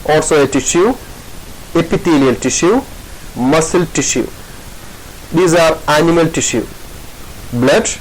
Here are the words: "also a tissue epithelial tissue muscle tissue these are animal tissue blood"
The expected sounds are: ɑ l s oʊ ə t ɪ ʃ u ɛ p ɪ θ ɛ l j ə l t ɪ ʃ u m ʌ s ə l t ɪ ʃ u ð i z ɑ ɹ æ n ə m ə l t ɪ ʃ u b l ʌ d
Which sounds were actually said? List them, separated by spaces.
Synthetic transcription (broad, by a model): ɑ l s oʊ ə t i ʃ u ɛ p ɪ t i l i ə l t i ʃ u m ʌ s ə l t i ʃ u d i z ɑ ɹ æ n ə m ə l t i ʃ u b l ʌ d